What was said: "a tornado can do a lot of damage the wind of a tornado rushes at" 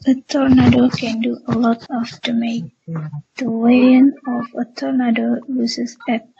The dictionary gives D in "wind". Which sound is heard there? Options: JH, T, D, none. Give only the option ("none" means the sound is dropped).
none